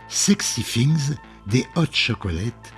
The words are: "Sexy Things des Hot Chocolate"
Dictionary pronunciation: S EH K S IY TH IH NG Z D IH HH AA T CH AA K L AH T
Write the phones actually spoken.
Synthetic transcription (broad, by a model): S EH K S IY F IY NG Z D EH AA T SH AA K L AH T